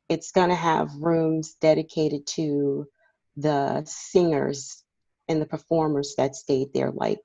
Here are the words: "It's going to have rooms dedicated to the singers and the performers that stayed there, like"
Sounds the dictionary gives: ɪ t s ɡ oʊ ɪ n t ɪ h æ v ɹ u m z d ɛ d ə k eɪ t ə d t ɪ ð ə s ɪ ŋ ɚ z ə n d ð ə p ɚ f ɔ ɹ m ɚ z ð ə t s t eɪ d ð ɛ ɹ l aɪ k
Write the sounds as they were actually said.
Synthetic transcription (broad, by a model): ɪ t s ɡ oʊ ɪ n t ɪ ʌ v ɹ u m z d ɛ d ə k eɪ t ə d t ɪ ð ə s ɪ ŋ ɚ z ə n ð ə p ɚ f ɔ ɹ m ɚ z ð ə t s t eɪ d ð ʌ ɹ l aɪ k